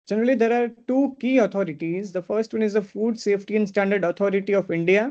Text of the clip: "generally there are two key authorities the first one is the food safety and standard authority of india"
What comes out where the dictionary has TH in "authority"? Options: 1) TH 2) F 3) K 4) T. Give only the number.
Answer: 4